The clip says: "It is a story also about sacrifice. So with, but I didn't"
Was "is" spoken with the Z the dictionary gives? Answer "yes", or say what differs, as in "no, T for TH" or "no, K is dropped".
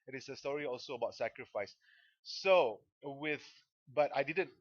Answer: no, S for Z